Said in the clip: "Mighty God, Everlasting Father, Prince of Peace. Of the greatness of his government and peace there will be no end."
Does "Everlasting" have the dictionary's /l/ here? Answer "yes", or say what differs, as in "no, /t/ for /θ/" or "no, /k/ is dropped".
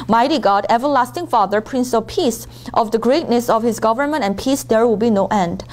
yes